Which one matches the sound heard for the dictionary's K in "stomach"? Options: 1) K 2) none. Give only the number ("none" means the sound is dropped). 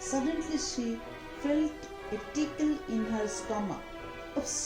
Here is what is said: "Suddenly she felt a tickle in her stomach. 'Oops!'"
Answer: 2